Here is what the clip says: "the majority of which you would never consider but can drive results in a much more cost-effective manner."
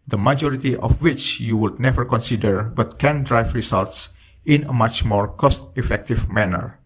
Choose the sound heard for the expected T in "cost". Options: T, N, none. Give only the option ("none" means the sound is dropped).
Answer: T